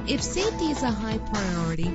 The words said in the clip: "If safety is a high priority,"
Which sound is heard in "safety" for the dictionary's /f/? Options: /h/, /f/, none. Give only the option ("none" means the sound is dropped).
none